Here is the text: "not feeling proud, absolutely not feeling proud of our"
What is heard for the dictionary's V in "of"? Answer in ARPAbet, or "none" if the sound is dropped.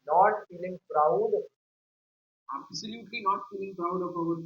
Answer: P